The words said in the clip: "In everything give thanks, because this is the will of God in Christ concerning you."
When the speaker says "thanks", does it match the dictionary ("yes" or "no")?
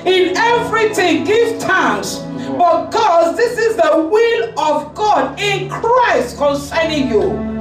no